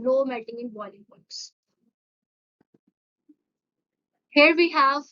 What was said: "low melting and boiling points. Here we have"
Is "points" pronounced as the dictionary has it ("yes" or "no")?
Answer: no